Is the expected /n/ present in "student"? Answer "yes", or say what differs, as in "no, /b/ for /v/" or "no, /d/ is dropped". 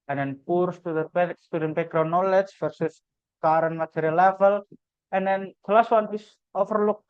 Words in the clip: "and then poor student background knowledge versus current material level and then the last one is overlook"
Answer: no, /n/ is dropped